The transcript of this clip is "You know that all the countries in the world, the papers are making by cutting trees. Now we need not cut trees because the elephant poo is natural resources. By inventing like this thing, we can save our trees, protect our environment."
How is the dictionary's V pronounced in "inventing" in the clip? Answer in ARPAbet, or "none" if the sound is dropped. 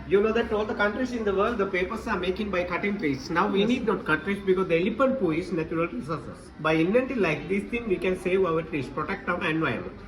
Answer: none